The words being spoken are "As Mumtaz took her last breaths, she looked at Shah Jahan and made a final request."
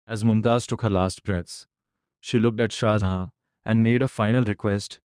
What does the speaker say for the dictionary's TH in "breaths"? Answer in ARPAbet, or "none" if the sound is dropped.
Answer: T